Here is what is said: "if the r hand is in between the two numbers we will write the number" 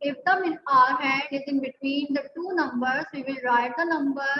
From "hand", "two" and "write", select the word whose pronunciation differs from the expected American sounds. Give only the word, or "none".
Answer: hand